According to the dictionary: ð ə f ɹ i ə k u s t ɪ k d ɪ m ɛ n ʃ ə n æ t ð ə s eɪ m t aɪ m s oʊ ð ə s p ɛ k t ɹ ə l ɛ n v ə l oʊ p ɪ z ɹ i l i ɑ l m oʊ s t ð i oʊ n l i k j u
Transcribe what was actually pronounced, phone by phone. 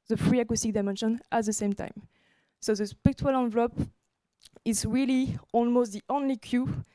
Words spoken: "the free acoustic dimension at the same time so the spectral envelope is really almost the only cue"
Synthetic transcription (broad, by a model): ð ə f ɹ i ə k u s t ɪ k d ɪ m ɛ n ʃ ə n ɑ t ð ə s eɪ m t aɪ m s oʊ ð ə s p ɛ k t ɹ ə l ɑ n v l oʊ p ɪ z ɹ i l i ɑ l m oʊ s t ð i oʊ n l i k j u